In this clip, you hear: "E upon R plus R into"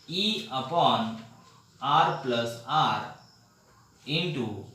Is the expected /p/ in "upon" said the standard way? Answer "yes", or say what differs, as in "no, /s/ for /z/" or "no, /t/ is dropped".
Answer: yes